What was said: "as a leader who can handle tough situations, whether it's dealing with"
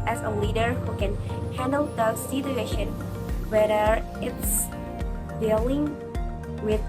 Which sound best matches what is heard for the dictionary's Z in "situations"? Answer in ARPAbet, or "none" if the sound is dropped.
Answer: none